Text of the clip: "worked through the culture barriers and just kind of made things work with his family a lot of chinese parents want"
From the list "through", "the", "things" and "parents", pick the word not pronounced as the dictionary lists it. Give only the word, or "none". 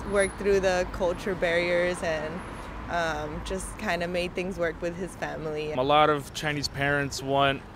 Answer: none